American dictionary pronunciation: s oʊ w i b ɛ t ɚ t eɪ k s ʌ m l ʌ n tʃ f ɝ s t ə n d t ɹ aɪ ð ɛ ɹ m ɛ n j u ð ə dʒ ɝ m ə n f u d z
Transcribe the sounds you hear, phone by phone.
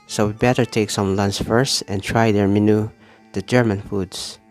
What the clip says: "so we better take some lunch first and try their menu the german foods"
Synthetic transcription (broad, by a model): s oʊ w i b ɛ t ɚ t eɪ k s ʌ m l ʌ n s f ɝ s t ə n t ɹ aɪ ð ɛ ɹ m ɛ n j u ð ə dʒ ɝ m ə n f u d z